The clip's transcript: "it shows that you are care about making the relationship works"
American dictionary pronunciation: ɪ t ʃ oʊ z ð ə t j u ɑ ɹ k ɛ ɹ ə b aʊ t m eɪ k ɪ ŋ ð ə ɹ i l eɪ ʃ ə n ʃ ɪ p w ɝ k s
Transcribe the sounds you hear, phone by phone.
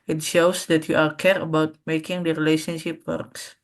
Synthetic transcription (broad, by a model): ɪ t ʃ oʊ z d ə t j u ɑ l k ɛ ɹ ə b aʊ t m eɪ k ɪ ŋ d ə ɹ i l eɪ ʃ ə n ʃ ɪ p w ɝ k s